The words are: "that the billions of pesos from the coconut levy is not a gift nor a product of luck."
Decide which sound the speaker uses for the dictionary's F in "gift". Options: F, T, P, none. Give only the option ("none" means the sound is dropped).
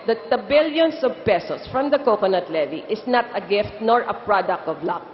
F